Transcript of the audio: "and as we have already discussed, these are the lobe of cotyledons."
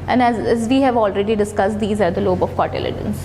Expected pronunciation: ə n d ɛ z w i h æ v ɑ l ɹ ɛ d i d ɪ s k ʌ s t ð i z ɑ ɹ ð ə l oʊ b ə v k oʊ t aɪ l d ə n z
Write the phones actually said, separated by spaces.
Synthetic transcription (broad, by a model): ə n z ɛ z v i h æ v ɑ l ɹ ɛ d i d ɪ s k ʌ s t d i z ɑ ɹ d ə l oʊ b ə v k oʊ t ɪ l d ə n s